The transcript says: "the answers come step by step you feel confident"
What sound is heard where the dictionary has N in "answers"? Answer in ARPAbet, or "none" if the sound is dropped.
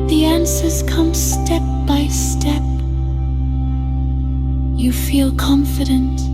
N